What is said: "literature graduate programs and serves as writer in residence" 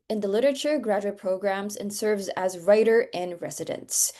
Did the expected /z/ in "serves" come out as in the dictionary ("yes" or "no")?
yes